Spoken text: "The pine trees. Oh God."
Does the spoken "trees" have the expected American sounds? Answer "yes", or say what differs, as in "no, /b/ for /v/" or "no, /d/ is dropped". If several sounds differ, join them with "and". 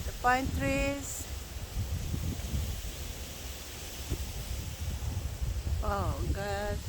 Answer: no, /s/ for /z/